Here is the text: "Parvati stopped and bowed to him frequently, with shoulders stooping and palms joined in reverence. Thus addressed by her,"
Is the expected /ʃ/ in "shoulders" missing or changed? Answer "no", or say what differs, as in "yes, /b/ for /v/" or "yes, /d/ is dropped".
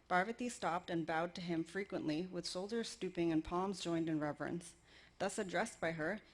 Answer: yes, /s/ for /ʃ/